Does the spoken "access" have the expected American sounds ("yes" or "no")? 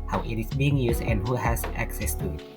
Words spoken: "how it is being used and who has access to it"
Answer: yes